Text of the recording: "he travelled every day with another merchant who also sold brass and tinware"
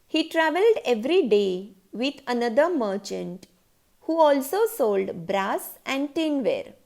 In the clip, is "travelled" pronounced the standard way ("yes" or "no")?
yes